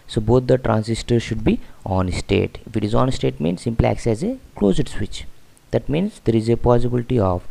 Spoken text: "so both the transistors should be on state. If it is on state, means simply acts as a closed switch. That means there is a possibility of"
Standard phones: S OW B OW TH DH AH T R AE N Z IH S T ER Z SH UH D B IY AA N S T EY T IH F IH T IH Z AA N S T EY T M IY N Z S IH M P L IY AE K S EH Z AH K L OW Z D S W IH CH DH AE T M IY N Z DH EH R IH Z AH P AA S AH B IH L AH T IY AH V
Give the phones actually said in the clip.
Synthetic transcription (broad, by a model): S OW B OW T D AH T R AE N S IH S T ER SH UH D B IY AA N S T EY T IH F IH T IH Z AA N S T EY T M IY N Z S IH M P L IY AE K S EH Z AH K L OW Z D S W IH CH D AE T M IY N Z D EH R IH Z AH P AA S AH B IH L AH T IY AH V